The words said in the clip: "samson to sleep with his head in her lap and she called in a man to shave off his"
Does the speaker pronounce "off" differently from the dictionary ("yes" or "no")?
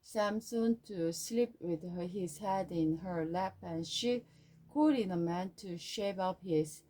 yes